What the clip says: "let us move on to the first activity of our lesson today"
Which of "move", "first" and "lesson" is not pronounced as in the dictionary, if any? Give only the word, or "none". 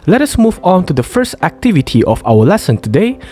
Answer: none